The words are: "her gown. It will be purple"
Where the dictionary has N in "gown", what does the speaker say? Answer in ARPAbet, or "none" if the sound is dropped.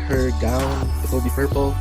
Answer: none